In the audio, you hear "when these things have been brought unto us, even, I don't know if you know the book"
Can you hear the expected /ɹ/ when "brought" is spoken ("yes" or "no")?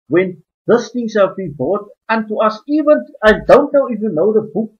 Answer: no